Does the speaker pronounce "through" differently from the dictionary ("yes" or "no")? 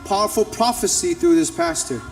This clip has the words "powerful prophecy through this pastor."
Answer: no